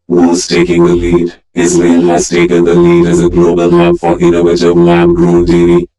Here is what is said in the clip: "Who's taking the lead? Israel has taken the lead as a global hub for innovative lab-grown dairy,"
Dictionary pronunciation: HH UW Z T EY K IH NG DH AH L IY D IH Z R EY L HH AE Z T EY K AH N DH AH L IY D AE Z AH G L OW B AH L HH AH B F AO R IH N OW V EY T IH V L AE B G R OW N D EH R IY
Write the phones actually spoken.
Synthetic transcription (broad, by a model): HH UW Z T EY K IH NG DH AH L IY D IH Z L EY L HH AE Z T EY K AH N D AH L IY D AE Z AH G L OW B AH L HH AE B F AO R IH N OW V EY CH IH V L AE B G R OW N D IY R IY